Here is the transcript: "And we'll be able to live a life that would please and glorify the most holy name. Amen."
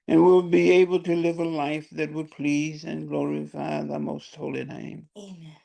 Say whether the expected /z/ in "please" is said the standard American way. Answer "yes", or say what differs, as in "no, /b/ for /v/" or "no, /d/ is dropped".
yes